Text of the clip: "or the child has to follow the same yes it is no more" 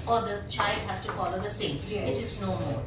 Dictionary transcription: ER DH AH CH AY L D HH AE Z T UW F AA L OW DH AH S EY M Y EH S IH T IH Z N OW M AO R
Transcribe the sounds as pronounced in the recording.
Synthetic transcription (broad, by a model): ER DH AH CH AY L D HH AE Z T UW F AA L OW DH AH S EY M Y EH IH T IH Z N OW M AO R